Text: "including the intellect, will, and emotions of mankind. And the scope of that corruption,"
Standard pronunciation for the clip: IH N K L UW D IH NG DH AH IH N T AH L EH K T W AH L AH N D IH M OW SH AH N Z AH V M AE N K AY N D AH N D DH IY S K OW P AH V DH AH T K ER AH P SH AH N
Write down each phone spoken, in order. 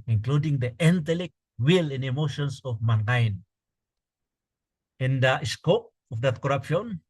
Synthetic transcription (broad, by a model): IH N K L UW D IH NG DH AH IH N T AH L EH K T W AH L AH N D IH M OW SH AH N S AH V M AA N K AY N AH N D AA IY S K OW P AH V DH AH T K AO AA P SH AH N